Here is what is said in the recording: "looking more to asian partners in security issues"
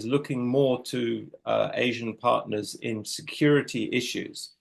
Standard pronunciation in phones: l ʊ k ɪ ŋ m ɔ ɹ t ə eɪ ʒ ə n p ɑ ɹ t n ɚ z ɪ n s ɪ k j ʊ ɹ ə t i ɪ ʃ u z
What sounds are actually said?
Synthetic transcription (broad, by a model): l ʊ k ɪ ŋ m ɔ t ə eɪ ʒ ə n p ɑ t n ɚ z ɪ n s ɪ k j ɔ ɹ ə t i ɪ ʃ u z